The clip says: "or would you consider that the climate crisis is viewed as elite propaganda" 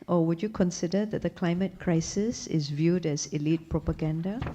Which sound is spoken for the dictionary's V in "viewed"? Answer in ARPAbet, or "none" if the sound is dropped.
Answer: V